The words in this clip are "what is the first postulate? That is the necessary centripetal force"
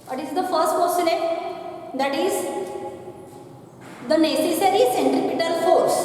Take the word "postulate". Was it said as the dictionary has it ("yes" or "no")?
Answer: no